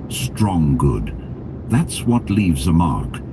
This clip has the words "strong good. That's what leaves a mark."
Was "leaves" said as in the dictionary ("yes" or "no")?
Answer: yes